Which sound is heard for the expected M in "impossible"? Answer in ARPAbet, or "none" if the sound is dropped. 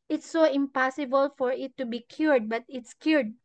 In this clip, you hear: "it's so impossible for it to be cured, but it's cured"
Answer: M